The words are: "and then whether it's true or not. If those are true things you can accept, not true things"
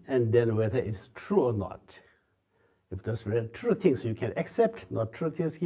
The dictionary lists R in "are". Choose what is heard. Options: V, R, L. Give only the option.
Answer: L